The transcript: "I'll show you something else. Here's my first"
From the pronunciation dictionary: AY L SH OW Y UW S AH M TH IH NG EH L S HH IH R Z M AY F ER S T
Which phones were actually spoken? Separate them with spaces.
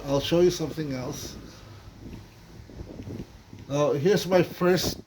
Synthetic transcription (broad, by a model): AY L SH OW Y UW S AH M TH IH NG EH L S HH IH R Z M AY F ER S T